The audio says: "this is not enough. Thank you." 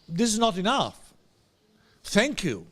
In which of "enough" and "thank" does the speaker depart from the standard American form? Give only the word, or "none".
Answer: none